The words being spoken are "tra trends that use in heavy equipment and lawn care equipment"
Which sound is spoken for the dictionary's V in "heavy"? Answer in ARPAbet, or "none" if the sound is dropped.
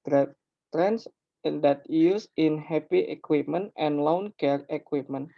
P